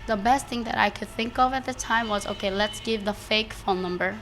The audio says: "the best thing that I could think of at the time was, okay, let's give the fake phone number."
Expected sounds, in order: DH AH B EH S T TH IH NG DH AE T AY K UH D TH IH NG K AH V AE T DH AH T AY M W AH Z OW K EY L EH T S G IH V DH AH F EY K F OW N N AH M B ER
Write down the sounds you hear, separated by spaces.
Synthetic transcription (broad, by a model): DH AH B EH S T TH IH NG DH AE T AY K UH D TH IH NG K AH V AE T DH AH T AY M W AH Z OW K EY L EH T S G IH V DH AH F EY K F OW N N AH M B ER